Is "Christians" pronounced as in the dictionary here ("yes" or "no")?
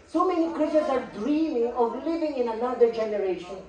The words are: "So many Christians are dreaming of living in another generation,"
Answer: no